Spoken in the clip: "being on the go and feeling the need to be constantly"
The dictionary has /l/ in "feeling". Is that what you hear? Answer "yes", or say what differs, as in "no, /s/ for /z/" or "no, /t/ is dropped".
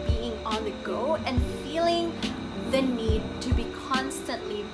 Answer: yes